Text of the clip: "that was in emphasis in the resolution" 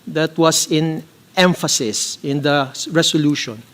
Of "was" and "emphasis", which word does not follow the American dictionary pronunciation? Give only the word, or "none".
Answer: was